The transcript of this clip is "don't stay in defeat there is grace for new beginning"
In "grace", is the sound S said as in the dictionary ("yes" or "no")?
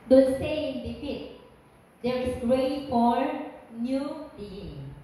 no